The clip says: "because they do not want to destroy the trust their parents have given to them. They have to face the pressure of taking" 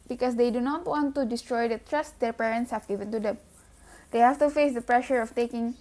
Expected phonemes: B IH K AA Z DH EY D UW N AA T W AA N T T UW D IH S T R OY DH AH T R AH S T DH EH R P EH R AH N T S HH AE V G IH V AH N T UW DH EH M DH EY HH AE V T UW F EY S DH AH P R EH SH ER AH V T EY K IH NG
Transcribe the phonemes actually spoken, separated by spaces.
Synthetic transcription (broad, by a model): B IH K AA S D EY D UW N AA T W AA N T T UW D IH S T R OY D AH T R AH S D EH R P EH R AH N T S HH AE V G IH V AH N T UW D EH M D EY HH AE F T UW F EY S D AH P R EH SH ER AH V T EY K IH NG